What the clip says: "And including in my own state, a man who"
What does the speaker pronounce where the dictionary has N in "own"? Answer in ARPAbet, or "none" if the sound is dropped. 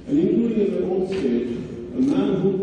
L